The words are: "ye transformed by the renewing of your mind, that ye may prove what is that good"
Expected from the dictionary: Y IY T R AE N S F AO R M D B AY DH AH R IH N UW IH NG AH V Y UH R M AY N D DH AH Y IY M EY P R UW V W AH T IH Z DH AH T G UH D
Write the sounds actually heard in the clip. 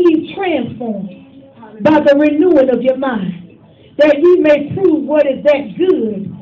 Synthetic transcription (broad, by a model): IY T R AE N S F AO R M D B AY DH AH R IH N UW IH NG AH V Y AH R M AY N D DH AH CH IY M EY P R UW V W AH T IH Z DH AH T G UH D